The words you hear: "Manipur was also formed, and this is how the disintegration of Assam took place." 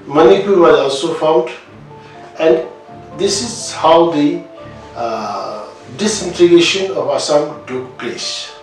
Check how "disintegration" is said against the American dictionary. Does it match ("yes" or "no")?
no